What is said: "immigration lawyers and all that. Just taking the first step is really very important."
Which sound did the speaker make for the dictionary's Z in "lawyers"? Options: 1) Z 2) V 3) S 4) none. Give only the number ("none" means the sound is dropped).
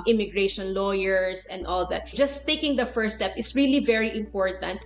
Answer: 3